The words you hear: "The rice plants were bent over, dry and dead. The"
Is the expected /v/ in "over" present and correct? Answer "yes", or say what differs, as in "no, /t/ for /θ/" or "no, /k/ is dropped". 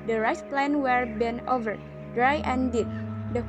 yes